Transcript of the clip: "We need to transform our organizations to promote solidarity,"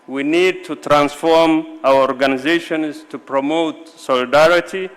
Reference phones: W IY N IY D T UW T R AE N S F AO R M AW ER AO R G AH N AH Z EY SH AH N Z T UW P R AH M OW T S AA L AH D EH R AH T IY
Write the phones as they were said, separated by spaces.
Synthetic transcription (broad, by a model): W IY N IY D T UW T R AE N S F AO R M AW ER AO R G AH N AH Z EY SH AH N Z T UW P R AH M OW T S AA L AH D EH R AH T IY